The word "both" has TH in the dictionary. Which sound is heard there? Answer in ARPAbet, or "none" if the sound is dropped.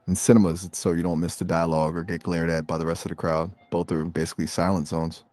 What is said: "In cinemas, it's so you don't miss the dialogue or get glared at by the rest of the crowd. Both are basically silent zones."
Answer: TH